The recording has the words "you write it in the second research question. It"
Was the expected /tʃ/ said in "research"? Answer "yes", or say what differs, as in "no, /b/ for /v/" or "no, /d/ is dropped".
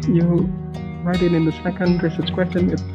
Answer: no, /s/ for /tʃ/